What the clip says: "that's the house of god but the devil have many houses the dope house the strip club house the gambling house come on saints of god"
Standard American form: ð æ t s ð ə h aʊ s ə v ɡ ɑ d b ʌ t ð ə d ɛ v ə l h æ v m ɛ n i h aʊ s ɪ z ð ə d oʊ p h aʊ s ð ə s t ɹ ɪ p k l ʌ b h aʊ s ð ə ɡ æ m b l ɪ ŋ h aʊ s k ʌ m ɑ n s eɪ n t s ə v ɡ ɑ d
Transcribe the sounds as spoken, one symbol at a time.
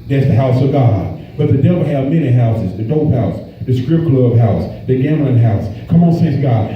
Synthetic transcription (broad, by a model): ð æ t s ð ə h aʊ s ə v ɡ ɑ d b ʌ t ð ə d ɛ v l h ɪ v m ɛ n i h aʊ s ɪ z ð ə d oʊ p h aʊ s ð ə s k ɹ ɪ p k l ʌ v h aʊ s ð ə ɡ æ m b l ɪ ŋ h aʊ s k ʌ m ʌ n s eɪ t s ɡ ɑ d